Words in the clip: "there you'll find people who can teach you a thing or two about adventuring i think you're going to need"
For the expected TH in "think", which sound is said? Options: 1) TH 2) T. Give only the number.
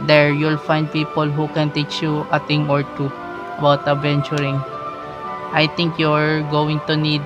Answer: 2